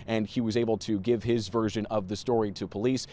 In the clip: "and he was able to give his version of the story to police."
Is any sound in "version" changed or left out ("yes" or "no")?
no